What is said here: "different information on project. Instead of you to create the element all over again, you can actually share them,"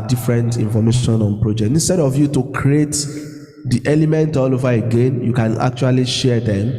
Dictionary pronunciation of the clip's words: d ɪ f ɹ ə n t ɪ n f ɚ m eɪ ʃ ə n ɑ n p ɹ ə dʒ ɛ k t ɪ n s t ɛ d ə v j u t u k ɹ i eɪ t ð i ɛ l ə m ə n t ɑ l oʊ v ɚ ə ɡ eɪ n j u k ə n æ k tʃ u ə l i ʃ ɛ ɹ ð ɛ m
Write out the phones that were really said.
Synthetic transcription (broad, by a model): d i f ɹ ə n t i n f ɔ m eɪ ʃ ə n ɑ n p ɹ ə dʒ ɛ k t ɪ n s t ɛ d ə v j u t u k ɹ i eɪ t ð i ɛ l ə m ə n t ɑ l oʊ v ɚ ə ɡ eɪ n j u k ə n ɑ k tʃ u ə l i ʃ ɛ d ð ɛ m